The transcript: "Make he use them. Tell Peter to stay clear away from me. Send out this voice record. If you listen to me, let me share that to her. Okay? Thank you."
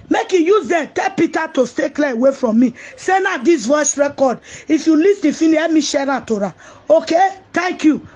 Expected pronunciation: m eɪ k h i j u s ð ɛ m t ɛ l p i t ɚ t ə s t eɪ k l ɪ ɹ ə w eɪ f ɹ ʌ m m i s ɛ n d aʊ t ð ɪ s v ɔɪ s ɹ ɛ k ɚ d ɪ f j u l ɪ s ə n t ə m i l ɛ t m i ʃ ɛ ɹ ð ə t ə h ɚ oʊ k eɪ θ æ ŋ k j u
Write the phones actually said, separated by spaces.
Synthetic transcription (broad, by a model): m eɪ k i j u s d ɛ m t ɛ l p i t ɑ t ə s t eɪ k l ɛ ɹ ə w eɪ f ɹ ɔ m m i s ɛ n aʊ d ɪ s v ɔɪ s ɹ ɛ k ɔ d ɪ f j u l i s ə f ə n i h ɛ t m i ʃ ɛ ɹ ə t ə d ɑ oʊ k eɪ t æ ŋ k j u